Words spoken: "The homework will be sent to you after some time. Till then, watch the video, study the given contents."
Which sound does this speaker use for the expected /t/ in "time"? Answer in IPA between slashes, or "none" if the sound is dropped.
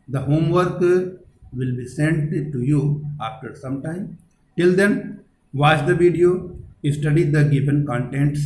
/t/